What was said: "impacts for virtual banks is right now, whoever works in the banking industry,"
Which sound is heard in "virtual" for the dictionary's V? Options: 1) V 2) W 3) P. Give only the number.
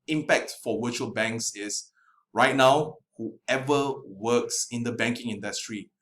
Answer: 2